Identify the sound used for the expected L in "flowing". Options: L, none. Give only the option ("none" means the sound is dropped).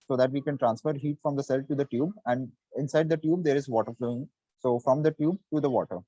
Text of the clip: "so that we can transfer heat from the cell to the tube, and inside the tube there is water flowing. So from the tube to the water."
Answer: L